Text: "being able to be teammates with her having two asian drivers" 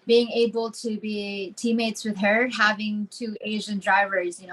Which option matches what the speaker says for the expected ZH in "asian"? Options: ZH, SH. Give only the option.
ZH